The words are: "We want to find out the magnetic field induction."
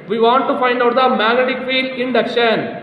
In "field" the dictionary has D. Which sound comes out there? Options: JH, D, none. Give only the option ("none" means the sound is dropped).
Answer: none